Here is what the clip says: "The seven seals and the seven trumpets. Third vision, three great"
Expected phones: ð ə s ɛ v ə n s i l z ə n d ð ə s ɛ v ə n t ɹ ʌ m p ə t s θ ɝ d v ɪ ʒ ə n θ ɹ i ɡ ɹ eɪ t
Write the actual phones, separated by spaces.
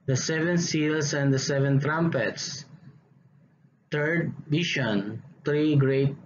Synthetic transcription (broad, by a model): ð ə s ɛ v ə n s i l s ə n d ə s ɛ v ə n t ɹ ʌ m p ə t s t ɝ d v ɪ ʃ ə n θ ɹ i ɡ ɹ eɪ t